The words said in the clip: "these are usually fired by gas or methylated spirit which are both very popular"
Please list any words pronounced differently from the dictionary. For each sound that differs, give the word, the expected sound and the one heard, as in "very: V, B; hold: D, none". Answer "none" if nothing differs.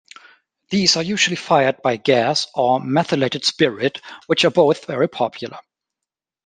none